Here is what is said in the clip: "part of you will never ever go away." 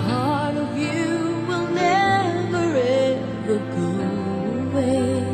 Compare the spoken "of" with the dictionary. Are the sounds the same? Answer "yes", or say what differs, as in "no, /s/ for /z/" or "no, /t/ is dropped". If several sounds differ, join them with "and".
yes